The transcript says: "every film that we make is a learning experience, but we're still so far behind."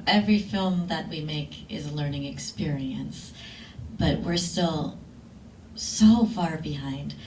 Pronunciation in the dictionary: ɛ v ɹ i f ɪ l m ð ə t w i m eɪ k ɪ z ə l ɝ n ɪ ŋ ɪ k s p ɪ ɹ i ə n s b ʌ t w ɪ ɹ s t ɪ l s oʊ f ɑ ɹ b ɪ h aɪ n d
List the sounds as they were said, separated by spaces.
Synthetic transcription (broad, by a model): ɛ v ɹ i f ɪ l m ð ə t w i m eɪ k ɪ z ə l ɝ n ɪ ŋ ɪ k s p ɪ ɹ i ə n s b ʌ t w ɪ ɹ s t ɪ l s oʊ f ɑ ɹ b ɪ h aɪ n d